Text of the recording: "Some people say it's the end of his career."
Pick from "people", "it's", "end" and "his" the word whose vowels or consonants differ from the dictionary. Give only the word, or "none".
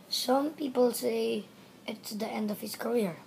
his